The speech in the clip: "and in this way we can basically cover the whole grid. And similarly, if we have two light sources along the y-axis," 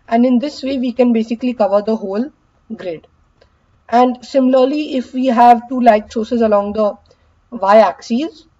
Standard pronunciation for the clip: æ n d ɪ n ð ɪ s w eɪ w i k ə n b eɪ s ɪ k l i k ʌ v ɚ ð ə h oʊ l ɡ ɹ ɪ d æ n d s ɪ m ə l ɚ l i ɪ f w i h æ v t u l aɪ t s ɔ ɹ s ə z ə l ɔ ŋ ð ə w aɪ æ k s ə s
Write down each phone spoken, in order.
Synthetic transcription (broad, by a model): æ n d ɪ n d ɪ s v eɪ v i k ə n b eɪ s ɪ k l i k ʌ v ɚ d ə h oʊ l ɡ ɹ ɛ d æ n d s ɪ m ə l ɚ l i ɪ f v i h æ v t u l aɪ t s ɔ ɹ s ə z ə l ɔ ŋ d ə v aɪ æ k s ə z